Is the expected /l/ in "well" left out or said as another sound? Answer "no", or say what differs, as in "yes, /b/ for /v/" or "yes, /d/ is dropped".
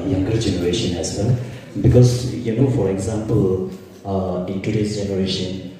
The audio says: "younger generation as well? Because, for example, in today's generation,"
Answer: yes, /n/ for /l/